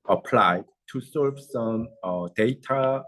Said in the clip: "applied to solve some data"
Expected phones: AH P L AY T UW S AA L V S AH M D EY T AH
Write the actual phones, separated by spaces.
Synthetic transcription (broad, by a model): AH P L AY T UW S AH V S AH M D EY T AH